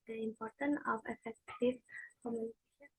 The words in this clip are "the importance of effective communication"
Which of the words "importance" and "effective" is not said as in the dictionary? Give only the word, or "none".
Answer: importance